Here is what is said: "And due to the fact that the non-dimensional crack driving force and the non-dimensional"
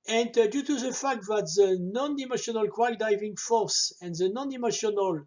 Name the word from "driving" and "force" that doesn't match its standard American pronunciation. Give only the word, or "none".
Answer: driving